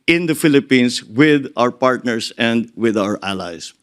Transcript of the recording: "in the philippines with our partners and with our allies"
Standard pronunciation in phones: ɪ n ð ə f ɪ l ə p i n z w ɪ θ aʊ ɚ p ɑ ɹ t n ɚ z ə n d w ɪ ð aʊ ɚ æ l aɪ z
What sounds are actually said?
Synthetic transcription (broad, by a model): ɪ n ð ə f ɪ l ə p i n s w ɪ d aʊ ɚ p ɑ ɹ t n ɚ s ə n d w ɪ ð aʊ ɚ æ l aɪ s